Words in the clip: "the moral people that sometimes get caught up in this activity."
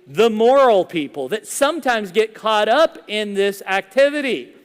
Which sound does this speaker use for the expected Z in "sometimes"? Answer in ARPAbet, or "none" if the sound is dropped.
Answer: Z